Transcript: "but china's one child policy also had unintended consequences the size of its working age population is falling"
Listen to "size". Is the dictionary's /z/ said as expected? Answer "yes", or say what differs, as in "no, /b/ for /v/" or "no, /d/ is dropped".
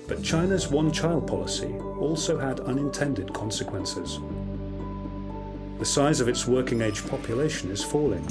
yes